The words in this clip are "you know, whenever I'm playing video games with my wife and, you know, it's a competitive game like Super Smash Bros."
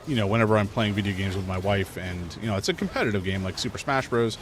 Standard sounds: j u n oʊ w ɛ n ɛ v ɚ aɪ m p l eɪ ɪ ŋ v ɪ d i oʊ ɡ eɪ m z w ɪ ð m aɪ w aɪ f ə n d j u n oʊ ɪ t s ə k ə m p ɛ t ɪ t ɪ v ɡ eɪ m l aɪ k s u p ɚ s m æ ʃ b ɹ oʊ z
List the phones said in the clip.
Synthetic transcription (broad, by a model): j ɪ n oʊ w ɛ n ɛ v ɚ aɪ m p l eɪ ɪ ŋ v ɪ d i oʊ ɡ eɪ m z w ɪ ð m aɪ w aɪ f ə n j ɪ n oʊ ɪ t s ə k m p ɛ t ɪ t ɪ v ɡ eɪ m l aɪ k s u p ɚ s m æ ʃ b ɹ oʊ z